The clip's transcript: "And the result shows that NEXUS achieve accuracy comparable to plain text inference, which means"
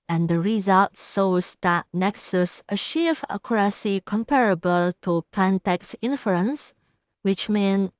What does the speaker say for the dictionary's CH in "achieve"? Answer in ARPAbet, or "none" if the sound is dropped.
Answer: SH